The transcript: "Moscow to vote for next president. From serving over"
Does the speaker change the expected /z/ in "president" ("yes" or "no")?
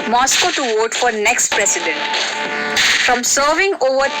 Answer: yes